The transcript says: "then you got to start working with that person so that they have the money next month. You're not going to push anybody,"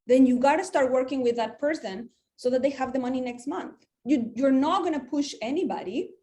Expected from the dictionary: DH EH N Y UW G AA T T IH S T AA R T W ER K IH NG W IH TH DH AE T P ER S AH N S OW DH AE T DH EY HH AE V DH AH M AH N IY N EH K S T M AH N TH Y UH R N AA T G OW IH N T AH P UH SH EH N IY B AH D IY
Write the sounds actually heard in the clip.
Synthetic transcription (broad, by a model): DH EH N Y UW G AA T T IH S T AA R T W ER K IH NG W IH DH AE T P ER S AH N S OW DH AE T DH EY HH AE V DH AH M AH N IY N EH K S T M AH N TH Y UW R N AA T G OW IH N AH P UH SH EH N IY B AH D IY